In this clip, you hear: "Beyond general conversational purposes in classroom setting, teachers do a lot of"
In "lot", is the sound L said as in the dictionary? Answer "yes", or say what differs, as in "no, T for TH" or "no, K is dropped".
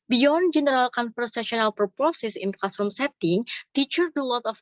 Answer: no, W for L